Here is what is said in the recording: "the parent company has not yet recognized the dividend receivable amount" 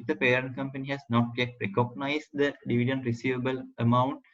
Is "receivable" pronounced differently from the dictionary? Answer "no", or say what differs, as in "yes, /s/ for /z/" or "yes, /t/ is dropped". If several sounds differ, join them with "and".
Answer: no